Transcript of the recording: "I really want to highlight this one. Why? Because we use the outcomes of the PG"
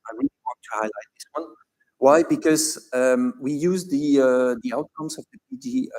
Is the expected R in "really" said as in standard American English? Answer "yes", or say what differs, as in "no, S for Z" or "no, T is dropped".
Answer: no, W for R